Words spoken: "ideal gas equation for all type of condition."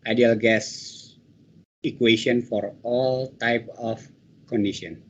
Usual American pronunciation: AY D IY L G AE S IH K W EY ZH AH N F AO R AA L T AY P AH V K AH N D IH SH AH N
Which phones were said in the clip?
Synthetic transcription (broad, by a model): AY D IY L G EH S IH K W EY S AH N F AO R AA L T AY P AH F K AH N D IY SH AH N